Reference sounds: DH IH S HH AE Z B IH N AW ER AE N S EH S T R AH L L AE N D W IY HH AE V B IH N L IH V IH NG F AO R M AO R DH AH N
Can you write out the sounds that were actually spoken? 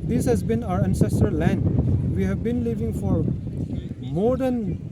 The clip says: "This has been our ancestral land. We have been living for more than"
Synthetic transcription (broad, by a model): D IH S HH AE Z B IH N AW ER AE N S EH S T AH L L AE N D W IY HH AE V B IH N L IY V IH NG F AO R M AO R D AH N